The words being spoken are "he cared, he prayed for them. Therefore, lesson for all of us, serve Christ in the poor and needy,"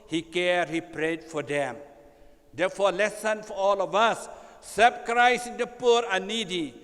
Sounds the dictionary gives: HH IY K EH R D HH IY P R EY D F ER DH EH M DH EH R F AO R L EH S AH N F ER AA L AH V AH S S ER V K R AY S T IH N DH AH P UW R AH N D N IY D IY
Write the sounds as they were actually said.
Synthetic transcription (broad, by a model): HH IY K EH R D HH IY P R EY D F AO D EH M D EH F AO L EH S AH N F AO AA L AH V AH S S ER B K R AY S IH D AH P UW R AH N N IY D IY